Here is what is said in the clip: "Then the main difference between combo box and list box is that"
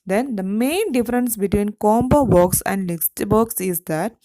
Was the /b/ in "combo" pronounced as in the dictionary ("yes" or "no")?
yes